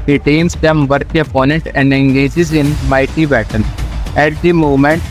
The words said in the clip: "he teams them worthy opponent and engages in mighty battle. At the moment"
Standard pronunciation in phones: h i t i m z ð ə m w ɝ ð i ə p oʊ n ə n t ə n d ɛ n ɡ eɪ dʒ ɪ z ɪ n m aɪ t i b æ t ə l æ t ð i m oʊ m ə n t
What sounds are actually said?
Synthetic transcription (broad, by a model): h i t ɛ m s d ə m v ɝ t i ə p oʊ n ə n t ə n d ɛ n ɡ eɪ dʒ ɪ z ɪ n m aɪ t i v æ t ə n æ t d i m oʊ m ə n t